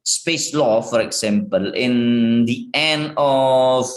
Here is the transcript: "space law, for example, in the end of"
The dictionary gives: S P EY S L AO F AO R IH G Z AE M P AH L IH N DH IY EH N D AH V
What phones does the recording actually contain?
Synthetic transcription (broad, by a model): S P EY S L AO F AO R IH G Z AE M P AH L IH N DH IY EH N AH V